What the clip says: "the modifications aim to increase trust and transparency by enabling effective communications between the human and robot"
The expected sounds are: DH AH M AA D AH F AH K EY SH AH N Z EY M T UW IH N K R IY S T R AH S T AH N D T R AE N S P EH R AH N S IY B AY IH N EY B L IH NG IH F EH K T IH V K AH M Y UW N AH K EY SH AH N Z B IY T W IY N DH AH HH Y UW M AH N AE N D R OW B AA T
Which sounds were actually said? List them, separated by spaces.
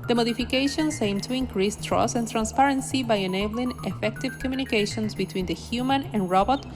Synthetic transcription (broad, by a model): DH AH M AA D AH F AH K EY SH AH N S EY M T UW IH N K R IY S T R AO S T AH N T R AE N S P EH R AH N S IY B AY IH N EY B L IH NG IH F EH K T IH V K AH M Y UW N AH K EY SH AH N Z B IY T W IY N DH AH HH Y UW M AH N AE N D R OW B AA T